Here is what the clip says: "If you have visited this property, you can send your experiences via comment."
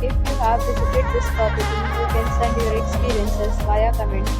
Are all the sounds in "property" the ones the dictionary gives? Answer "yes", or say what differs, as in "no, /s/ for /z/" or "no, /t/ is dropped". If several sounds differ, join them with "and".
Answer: no, /s/ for /t/